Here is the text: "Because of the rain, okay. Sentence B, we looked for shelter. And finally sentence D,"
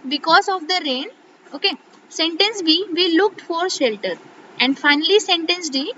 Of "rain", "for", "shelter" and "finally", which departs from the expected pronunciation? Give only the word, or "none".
none